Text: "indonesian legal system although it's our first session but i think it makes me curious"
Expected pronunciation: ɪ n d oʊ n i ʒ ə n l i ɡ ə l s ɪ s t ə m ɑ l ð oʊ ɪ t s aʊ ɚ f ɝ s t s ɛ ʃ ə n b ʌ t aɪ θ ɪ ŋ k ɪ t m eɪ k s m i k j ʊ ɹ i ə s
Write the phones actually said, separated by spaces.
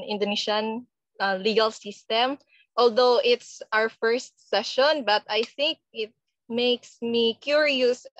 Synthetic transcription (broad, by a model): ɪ n d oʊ n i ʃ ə n l i ɡ ə l s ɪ s t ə m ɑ l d oʊ ɪ t s aʊ ɚ f ɝ s t s ɛ ʃ ə n b ʌ t aɪ θ ɪ ŋ k ɪ t m eɪ k s m i k j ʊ ɹ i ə s